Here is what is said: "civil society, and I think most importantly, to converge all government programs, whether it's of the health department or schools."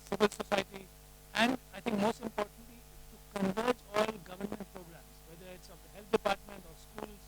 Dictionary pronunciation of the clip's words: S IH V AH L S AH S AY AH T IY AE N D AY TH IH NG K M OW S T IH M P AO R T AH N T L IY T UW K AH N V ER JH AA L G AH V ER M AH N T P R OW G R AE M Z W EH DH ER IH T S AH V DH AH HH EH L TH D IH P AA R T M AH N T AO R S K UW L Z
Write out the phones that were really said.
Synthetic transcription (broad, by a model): S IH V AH L S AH S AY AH T IY AE N D AY T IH NG K M OW S T IH M P AO R T AH N T L IY T UW K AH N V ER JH AA L G AH V ER M AH N T P R OW G R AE M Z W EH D ER IH T S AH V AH HH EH L T D IH P AA R T M AH N T AO R S K UW L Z